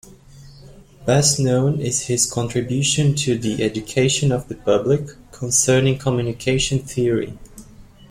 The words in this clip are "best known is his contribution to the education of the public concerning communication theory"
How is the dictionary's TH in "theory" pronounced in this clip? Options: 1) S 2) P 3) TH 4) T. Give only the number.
3